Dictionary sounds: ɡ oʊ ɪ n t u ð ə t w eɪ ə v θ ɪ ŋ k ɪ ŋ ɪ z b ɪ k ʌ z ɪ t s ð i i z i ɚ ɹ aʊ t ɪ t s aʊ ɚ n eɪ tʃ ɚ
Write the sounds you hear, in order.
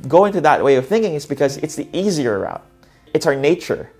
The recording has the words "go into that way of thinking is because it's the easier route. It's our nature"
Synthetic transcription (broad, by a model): ɡ oʊ ɪ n t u ð ə t w eɪ ə v θ ɪ ŋ k ɪ ŋ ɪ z b ɪ k ʌ z ɪ t s ð i i z i ɚ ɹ aʊ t ɪ t s aʊ ɚ n eɪ tʃ ɚ